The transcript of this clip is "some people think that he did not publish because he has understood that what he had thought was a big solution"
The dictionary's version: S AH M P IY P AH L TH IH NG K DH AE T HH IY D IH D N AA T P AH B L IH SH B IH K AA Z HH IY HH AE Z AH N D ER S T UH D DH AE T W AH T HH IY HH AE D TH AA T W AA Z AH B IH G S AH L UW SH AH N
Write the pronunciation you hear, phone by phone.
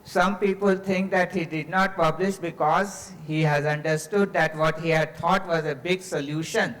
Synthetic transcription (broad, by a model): S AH M P IY P AH L T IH NG K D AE T HH IY D IH D N AA T P AH B L IH SH B IH K AA Z HH IY HH AE Z AH N D ER S T UH D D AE T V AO T HH IY HH AE D T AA T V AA Z AH B IH G S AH L UW SH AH N